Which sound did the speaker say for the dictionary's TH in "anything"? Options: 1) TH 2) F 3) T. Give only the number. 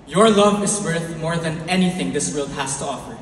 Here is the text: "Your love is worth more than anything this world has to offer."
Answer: 1